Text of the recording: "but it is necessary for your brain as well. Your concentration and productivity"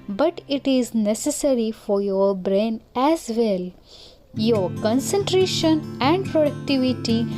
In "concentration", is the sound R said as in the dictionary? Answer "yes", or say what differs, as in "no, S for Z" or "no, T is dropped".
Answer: yes